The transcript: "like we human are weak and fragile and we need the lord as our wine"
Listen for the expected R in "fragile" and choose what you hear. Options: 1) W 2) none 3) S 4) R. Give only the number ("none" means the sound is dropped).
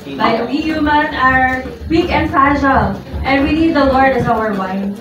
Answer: 2